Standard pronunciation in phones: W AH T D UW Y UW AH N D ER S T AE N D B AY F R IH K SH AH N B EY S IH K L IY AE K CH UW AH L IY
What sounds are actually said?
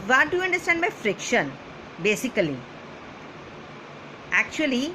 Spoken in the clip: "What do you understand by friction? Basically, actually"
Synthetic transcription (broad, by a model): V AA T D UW Y UW AH N D ER S T AE N D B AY F R IH K SH AH N B EY S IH K L IY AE K CH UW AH L IY